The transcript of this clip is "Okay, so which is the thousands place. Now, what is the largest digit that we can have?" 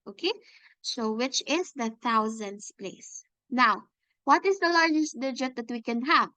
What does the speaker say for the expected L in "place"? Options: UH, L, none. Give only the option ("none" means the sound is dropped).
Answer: L